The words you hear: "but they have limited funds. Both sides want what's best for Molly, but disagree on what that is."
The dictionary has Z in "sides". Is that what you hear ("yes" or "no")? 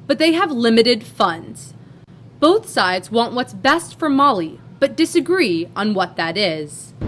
yes